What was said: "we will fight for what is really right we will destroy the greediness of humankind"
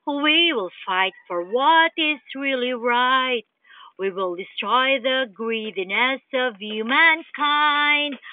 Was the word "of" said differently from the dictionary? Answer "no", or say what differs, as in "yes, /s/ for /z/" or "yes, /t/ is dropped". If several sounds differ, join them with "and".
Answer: no